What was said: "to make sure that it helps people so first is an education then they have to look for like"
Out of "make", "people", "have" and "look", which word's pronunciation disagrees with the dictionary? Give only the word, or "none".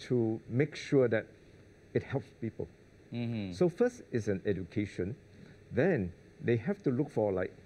have